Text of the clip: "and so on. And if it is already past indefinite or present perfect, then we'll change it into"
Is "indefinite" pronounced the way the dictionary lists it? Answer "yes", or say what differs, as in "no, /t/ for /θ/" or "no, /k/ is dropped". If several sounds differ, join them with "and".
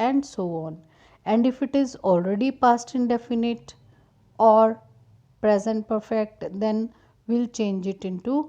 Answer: yes